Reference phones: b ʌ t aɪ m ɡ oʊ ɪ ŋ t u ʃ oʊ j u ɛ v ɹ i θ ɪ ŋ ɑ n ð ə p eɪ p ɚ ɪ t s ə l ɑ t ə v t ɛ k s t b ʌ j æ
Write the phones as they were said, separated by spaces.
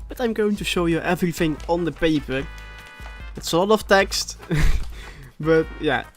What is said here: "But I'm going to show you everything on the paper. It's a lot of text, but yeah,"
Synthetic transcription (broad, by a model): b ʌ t aɪ m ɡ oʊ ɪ t u ʃ oʊ j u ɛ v ɹ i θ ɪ ŋ ɑ n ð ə p eɪ p ɚ ɪ t s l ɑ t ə f t ɛ k s t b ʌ j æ